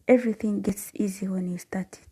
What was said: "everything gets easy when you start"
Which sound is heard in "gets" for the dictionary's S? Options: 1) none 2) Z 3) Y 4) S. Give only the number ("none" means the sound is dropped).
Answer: 4